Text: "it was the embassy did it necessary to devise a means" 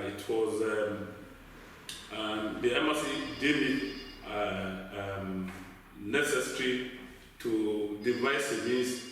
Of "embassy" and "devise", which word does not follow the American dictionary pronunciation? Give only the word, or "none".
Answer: embassy